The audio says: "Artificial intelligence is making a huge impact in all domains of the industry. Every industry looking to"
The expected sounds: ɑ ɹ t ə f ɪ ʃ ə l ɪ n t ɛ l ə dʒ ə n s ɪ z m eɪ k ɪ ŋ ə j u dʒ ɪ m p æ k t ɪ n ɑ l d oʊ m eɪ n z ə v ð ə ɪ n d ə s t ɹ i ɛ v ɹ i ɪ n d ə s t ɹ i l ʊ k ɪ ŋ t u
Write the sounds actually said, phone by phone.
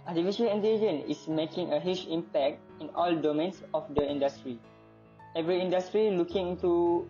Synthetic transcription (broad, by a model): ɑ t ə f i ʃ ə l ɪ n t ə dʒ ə n ɪ s m eɪ k ɪ ŋ ə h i tʃ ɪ m p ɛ k t ɪ n ɑ l d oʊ m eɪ n s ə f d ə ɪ n d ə s t ɹ i ɛ v ɹ i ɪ n d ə s t ɹ i l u k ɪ ŋ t u